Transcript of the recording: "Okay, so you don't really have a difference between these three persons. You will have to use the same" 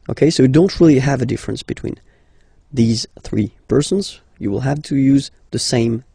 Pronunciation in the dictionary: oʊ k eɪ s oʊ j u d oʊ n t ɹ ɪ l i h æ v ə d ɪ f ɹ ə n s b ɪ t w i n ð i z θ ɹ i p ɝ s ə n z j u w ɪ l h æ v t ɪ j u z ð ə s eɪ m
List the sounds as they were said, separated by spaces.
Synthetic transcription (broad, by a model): oʊ k eɪ s oʊ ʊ d oʊ n t ɹ ɪ l i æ v ə d ɪ f ɹ ə n s b ɪ t w i n ð i z θ ɹ i p ɝ s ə n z j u w ɪ l h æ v t ɪ j u z ð ə s eɪ m